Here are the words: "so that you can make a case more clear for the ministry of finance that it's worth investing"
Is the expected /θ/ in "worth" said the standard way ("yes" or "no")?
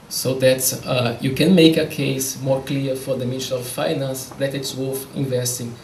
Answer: no